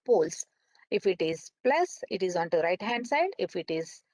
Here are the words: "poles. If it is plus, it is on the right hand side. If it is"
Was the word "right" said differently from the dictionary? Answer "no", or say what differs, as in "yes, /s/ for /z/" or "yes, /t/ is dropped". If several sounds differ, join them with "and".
no